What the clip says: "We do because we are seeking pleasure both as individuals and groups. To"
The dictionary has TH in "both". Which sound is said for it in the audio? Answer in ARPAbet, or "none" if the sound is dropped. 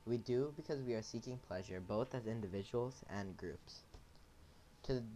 TH